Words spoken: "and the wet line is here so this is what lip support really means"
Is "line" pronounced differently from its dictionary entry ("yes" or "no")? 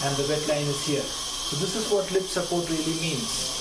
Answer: no